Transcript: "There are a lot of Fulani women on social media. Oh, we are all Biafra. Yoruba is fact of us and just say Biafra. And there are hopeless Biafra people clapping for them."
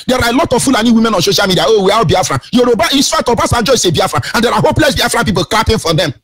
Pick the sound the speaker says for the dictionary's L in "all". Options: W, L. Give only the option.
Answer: W